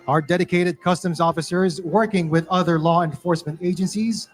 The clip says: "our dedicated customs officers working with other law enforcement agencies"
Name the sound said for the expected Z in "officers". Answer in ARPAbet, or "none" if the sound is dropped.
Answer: Z